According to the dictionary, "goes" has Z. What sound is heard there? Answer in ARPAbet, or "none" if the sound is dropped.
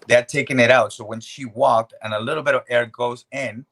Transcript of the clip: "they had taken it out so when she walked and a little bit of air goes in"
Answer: Z